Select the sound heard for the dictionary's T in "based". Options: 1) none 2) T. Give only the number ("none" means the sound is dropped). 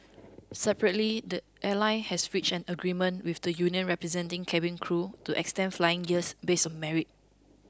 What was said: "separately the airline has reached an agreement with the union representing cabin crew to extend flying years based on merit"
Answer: 1